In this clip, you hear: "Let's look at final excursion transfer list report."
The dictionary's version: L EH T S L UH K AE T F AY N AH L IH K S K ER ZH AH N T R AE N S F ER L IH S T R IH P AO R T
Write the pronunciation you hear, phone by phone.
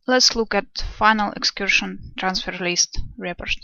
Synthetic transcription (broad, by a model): L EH T S L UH K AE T F AY N AH L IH K S K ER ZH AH N T R AE N S F ER L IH S T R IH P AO R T